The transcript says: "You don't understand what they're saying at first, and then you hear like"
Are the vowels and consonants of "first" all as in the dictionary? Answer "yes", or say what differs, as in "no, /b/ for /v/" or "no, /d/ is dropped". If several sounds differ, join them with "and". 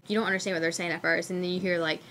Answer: no, /t/ is dropped